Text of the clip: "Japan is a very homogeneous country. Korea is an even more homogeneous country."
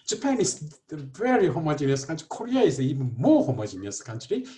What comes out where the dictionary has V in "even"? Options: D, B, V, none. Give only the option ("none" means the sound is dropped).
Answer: B